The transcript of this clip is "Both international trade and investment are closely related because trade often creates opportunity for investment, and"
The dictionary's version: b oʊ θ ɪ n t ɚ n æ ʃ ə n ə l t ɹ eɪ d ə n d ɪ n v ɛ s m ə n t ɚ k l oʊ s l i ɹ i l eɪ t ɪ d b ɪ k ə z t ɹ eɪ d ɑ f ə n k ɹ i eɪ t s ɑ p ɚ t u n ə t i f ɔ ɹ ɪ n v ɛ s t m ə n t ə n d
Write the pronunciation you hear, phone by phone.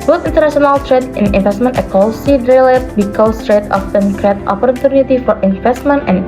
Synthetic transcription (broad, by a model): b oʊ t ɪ n t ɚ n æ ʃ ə n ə l t ɹ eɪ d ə n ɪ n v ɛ s m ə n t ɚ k oʊ l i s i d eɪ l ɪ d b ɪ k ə s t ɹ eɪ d ɑ f ə n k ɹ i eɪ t ɑ p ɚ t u n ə t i f ɔ ɹ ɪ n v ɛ s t m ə n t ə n